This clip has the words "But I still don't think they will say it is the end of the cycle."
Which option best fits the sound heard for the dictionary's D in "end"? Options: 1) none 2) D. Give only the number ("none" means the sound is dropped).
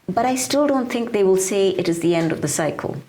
2